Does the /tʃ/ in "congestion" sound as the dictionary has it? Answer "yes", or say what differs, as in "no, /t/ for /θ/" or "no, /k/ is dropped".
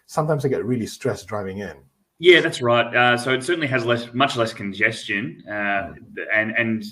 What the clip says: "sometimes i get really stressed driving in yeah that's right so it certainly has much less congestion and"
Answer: yes